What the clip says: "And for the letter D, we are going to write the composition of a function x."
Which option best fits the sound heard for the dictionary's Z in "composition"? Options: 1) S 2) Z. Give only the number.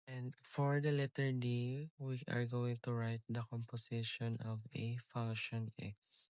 1